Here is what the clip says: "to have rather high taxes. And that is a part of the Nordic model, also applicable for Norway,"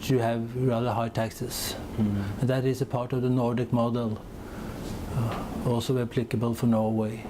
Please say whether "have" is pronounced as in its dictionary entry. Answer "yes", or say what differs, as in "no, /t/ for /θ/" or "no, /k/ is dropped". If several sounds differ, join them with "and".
yes